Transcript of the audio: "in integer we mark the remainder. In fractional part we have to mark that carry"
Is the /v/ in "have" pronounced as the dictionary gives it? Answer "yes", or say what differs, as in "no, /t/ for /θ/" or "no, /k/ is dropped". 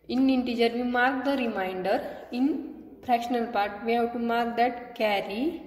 no, /w/ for /v/